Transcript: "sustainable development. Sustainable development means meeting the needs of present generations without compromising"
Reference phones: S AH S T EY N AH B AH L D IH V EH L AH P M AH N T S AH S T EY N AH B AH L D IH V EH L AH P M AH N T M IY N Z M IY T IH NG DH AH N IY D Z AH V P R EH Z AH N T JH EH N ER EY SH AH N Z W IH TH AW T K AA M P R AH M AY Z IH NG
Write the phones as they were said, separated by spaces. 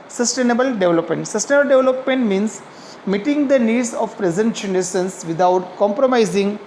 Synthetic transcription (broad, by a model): S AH S T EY N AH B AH L D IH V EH L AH P M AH N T S AH S T EY N AH B AH L D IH V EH L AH P M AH N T M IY N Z M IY T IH NG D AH N IY D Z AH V P R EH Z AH N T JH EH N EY S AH N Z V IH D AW T K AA M P R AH M AY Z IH NG